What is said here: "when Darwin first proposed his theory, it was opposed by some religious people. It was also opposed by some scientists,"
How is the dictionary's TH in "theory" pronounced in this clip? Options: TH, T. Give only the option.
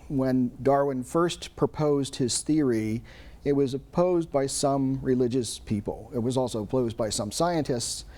TH